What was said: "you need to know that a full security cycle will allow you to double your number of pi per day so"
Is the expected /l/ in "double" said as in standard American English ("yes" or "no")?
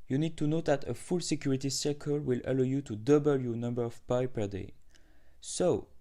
yes